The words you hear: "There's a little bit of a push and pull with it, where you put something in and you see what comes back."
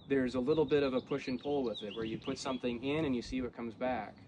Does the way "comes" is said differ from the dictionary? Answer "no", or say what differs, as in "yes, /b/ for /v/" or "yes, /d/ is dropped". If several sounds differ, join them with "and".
no